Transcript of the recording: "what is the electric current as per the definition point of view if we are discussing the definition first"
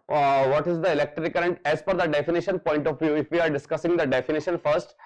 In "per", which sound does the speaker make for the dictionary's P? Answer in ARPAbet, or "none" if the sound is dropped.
F